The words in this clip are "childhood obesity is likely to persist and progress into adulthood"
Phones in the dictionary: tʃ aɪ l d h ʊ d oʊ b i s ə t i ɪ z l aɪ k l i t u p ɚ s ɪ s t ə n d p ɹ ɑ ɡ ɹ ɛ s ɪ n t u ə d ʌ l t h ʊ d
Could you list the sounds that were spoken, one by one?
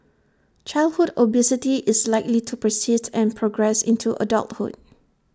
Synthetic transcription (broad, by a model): tʃ aɪ l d h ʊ d oʊ b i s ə t i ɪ s l aɪ k l i t u p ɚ s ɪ s t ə n p ɹ ɑ ɡ ɹ ɛ s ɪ n t u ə d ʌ l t h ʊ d